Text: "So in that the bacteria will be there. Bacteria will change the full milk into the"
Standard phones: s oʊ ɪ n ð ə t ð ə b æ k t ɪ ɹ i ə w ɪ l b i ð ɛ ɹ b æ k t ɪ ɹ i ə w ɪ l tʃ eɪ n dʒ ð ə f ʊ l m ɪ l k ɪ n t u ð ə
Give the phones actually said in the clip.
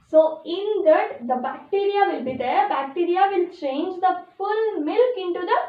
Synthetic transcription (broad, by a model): s oʊ ɪ n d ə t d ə b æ k t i ɹ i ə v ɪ l b i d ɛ ɹ b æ k t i ɹ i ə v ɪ l tʃ eɪ n dʒ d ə f ʊ l m ɪ l k ɪ n t u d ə